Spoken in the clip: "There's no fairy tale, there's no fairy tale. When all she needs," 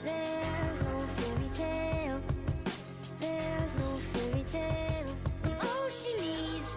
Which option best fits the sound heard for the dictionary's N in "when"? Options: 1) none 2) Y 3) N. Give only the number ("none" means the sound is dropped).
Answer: 1